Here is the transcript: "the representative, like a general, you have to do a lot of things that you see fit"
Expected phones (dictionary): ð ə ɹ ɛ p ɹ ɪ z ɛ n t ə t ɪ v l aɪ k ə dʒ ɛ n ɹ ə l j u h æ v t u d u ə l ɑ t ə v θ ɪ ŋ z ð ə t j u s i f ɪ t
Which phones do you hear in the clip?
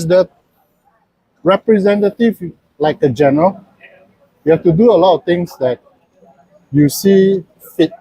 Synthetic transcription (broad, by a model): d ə ɹ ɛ p ɹ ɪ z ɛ n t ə t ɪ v l aɪ k ə dʒ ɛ n ɹ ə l j u h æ f t u d u ə l ɑ t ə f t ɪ ŋ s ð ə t j u s i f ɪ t